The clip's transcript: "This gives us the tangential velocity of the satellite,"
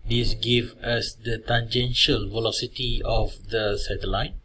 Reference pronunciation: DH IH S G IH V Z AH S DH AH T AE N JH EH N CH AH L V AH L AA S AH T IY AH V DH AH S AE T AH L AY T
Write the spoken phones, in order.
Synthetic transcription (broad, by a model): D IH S G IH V AH S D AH T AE N JH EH N SH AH L V AH L AA S AH T IY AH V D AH S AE T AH L AY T